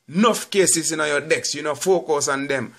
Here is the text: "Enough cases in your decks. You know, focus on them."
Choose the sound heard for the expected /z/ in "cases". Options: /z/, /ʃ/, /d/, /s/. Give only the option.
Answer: /s/